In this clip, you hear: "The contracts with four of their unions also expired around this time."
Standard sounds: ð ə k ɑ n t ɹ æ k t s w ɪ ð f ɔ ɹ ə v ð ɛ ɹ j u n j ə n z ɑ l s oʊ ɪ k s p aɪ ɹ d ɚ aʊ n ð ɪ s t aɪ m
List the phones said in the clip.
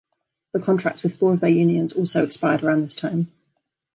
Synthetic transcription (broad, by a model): ð ə k ɑ n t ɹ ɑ k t s w ɪ ð f ɔ ɹ ə v ð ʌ j u n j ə n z ɑ l s oʊ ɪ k s p aɪ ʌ d ɚ aʊ n ð ɪ s t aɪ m